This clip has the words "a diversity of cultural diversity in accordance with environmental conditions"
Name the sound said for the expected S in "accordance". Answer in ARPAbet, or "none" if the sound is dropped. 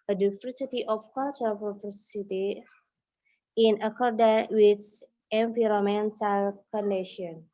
none